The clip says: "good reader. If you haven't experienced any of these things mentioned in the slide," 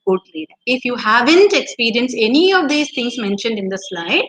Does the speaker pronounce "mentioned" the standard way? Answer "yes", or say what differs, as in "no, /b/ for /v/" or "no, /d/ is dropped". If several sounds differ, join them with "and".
yes